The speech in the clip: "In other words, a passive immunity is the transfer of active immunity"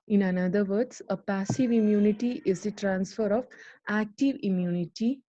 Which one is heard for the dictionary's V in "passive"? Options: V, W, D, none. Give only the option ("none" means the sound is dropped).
V